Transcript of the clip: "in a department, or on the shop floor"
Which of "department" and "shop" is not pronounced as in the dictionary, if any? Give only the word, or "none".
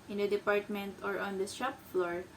shop